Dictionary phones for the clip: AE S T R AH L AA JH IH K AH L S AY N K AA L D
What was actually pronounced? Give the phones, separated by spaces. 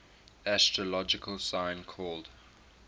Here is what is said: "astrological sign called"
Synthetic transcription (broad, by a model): AE S T R AH L AA JH IH K AH L S AY N K AA L D